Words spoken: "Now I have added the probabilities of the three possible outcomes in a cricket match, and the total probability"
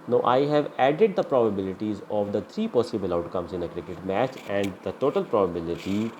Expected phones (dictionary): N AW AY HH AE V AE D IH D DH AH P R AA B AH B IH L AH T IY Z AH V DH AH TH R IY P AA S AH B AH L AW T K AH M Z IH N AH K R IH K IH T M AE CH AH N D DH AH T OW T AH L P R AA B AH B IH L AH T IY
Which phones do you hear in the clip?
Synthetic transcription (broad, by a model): N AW AY HH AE V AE D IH D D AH P R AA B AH B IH L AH T IY Z AH V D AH T R IY P AA S AH B AH L AW T K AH M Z IH N AH K R IH K IH T M AE CH AH N D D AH T OW T AH L P R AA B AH B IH L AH T IY